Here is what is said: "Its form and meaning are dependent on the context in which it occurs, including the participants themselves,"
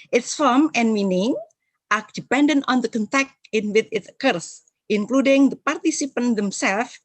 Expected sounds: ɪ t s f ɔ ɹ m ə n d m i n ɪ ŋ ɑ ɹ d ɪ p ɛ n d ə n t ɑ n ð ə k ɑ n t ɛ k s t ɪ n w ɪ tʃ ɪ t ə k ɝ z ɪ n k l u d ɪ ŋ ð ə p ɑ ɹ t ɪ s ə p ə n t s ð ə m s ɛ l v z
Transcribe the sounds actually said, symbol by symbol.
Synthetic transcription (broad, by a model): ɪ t s f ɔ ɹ m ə n m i n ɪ ŋ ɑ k d ɪ p ɛ n d ə n t ɑ n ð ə k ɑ n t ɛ k t ɪ n w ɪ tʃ ɪ t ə k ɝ s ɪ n k l u d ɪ ŋ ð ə p ɑ ɹ t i s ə p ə n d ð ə m s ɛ l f